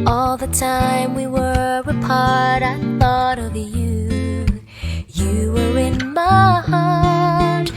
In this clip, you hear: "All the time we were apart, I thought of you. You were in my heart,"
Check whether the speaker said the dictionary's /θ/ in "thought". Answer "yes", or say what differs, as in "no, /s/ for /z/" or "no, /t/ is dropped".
yes